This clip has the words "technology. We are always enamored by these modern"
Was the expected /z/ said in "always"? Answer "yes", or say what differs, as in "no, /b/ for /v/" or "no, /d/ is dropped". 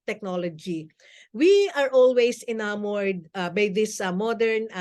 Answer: no, /s/ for /z/